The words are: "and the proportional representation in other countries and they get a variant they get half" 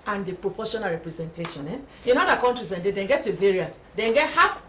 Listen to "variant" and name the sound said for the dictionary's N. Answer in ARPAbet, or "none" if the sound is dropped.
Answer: none